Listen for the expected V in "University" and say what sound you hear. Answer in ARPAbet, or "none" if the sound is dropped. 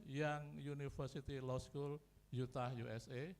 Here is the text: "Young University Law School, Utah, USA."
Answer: F